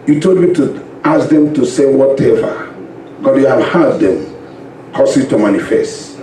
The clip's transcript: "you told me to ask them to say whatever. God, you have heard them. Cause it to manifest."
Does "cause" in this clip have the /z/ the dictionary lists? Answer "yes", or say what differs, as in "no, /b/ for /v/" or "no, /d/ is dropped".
no, /s/ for /z/